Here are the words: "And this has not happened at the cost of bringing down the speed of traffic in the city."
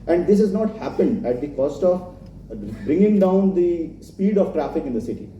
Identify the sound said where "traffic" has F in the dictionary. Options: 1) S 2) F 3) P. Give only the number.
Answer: 2